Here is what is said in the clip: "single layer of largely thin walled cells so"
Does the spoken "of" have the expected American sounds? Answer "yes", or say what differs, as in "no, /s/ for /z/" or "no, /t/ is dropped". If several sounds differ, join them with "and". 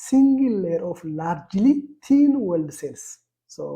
no, /f/ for /v/